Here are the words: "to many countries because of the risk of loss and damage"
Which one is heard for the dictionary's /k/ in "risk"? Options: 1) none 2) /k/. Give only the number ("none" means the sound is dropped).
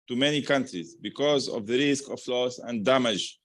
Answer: 2